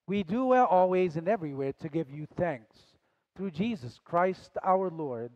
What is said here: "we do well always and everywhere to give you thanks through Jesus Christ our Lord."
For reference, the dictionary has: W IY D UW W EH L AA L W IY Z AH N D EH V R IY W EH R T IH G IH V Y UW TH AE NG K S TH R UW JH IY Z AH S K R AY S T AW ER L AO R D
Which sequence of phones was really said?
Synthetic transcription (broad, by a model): W IY D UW W EH L AA L W IY Z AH N EH V R IY W EH R T IH G IH V Y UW TH AE NG K S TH R UW JH IY Z AH S K R AY S T AW ER L AO R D